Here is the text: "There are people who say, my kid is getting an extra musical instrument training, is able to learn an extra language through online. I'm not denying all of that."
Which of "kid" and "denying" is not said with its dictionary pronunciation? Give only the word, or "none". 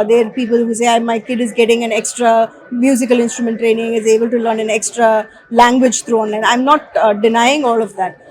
none